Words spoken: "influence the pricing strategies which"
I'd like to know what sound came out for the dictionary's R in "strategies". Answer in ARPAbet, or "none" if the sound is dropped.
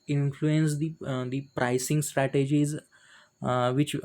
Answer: R